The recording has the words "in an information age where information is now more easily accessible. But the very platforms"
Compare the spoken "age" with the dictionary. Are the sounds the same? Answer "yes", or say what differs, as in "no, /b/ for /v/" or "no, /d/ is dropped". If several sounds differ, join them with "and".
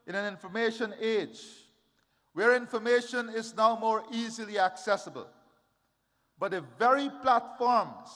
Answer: yes